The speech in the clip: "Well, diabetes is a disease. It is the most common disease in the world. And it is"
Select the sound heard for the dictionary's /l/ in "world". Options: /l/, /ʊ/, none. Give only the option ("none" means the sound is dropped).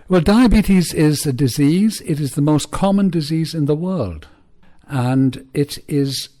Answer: /l/